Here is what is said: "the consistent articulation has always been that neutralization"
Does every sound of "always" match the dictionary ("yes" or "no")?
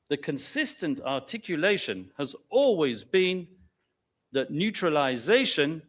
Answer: yes